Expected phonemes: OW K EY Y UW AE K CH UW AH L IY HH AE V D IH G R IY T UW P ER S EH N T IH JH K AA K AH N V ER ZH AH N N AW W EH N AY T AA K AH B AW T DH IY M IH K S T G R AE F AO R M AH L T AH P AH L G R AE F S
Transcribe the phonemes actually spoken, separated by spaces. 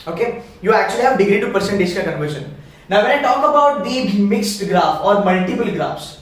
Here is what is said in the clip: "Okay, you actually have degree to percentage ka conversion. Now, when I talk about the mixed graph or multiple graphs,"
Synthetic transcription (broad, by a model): OW K EY Y UW AE K CH UW AH L IY HH AE V D IH G R IY T UW P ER S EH N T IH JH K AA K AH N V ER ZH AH N N AW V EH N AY T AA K AH B AW T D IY M IH K S T G R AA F AO R M AH L T AH P AH L G R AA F S